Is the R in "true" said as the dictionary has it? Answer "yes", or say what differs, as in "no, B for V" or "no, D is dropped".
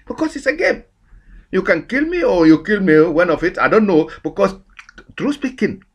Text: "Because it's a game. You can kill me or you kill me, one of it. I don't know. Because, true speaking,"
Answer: yes